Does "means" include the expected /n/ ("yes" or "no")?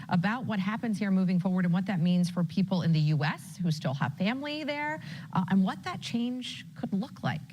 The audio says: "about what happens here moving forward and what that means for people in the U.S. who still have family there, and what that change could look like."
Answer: yes